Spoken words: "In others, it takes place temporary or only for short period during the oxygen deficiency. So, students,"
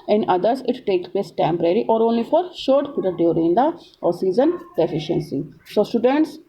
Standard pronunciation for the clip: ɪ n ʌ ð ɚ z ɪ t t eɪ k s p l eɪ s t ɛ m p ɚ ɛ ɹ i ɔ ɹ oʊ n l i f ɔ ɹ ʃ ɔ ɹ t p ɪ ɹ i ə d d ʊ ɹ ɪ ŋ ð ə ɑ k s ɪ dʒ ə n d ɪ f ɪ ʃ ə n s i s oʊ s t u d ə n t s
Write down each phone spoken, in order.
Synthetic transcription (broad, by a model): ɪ n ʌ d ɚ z ɪ t t eɪ k s p l eɪ s t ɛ m p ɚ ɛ ɹ i ɔ ɹ oʊ n l i f ɔ ɹ ʃ ɔ ɹ t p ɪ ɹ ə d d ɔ ɹ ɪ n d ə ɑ s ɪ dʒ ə n d ɪ f ɪ ʃ ə n s i s oʊ s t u d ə n t s